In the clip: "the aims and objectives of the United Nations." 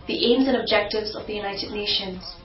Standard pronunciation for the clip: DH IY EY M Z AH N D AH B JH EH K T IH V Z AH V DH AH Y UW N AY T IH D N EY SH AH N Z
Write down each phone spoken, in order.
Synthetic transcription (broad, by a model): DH IY EY M Z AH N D AH B JH EH K T IH V Z AH V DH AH Y UW N AY T IH D N EY SH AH N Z